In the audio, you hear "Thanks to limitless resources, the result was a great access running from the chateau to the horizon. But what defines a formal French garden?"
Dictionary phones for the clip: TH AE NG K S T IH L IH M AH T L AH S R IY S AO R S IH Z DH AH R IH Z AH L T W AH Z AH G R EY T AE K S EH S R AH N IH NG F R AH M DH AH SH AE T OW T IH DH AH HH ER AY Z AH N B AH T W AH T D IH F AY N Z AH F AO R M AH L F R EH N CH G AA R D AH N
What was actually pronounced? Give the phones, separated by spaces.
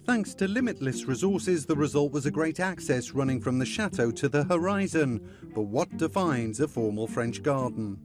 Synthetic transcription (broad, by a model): TH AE NG K S T IH L IH M AH T L AH S R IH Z AO R S IH Z DH AH R IH Z AH L T W AH Z AH G R EY T AE K S EH S R AH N IH NG F R AH M DH AH SH AE T OW T IH DH AH HH ER AY Z AH N B AH T W AH T D IH F AY N Z AH F AO R M AH L F R EH N CH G AA R D N